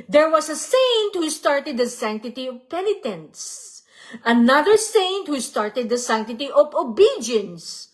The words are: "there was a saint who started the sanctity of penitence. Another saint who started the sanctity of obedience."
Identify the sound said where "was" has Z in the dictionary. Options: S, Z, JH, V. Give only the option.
S